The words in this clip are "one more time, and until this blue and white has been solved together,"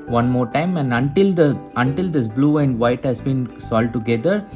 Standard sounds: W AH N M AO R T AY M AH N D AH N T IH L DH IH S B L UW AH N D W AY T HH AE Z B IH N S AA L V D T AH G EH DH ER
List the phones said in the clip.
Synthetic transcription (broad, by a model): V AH N M AO R T AY M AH N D AH N T IH L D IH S B L UW AH N D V AY T HH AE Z B IH N S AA L D T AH G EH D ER